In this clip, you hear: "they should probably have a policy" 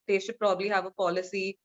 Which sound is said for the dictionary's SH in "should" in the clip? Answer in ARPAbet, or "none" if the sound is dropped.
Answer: S